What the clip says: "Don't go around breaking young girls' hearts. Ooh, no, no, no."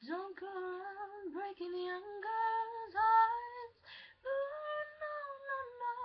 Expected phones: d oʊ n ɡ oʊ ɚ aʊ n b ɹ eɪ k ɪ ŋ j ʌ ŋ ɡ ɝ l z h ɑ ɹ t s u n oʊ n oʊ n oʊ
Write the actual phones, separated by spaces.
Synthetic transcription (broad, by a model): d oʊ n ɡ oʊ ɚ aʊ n b ɹ eɪ k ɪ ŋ j ʌ ŋ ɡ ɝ z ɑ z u n oʊ n oʊ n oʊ